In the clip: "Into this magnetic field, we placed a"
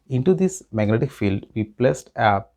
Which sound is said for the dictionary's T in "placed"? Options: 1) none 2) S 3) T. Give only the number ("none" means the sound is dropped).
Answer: 3